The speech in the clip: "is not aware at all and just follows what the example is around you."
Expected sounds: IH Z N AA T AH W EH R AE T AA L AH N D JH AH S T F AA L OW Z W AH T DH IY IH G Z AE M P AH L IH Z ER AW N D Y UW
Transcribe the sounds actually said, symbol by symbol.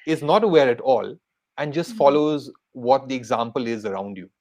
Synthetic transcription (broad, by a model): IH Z N AA T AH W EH R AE T AA L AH N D JH AH S T F AA L OW Z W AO T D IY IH G Z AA M P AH L IH Z ER AW N D Y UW